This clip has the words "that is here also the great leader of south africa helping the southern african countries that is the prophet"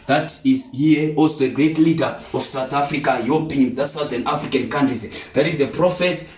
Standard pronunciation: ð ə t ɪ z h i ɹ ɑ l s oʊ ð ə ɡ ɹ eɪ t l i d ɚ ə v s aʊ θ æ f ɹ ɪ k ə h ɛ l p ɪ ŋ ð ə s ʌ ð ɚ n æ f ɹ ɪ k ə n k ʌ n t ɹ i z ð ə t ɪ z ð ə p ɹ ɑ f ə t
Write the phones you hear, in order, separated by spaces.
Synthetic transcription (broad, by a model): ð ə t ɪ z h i ɑ l s oʊ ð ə ɡ ɹ eɪ t l i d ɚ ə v s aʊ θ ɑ f ɹ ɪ k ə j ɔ p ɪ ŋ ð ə s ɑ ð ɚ n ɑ f ɹ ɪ k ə n k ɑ n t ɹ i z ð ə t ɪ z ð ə p ɹ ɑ f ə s